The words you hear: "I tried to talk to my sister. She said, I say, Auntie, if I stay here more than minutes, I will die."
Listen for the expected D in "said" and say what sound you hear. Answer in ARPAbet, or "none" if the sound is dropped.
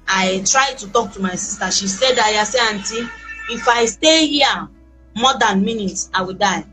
D